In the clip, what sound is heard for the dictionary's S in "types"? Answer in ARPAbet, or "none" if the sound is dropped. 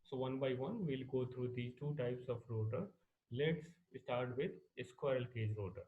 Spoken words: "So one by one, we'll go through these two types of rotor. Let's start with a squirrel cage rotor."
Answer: S